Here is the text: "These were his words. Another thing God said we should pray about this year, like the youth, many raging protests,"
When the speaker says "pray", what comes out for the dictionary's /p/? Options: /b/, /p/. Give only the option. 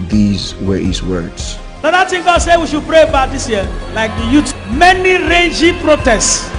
/p/